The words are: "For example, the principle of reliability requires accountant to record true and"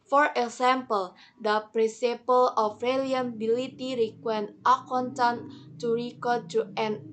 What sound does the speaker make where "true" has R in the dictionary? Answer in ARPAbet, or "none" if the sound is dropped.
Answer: none